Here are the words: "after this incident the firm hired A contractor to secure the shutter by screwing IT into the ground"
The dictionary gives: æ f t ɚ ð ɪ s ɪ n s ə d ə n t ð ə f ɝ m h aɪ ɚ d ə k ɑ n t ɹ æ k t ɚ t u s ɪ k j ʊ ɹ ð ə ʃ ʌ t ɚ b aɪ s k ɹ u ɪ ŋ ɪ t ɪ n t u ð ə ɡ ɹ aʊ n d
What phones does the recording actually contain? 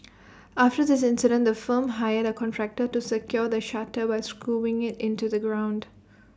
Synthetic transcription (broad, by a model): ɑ f t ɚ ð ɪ s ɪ n s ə d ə n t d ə f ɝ m h aɪ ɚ d ə k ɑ n t ɹ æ k t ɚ t u s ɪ k j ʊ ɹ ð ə ʃ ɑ t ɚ b aɪ s k u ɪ ŋ ɪ t ɪ n t u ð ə ɡ ɹ aʊ n d